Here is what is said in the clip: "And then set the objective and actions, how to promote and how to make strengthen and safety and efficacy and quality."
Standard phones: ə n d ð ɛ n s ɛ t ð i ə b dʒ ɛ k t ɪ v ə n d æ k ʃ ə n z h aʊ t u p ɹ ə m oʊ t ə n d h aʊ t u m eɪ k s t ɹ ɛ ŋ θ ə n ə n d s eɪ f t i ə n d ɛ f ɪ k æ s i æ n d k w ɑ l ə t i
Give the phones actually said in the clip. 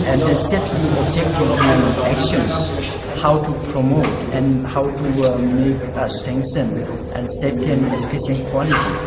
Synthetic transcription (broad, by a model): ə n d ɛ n s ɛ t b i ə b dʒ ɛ k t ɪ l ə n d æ k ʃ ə n s h aʊ t u p ɹ ə m oʊ t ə n h aʊ t u m eɪ k s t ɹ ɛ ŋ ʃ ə n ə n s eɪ t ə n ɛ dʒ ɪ k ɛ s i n k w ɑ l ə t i